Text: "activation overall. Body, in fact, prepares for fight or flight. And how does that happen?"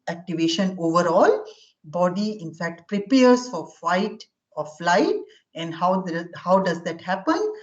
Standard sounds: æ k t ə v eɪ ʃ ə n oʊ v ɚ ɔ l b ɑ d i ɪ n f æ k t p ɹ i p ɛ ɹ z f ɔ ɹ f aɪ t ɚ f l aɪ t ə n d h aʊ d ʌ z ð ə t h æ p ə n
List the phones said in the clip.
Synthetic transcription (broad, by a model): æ k t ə v eɪ ʃ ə n oʊ v ɚ ɔ l b ɑ d i ɪ n f æ k t p ɹ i p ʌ ɹ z f ɔ ɹ f aɪ t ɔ f l aɪ t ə n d h aʊ d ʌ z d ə t h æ p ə n